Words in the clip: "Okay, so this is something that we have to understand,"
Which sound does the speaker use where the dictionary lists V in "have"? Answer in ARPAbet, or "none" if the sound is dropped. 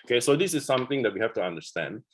F